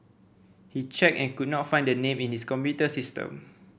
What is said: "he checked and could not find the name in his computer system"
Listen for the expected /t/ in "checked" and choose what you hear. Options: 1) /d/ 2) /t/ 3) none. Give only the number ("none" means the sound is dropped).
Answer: 3